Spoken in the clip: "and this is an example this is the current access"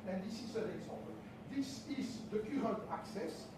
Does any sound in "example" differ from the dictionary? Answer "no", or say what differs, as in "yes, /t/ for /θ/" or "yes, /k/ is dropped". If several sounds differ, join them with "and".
yes, /m/ is dropped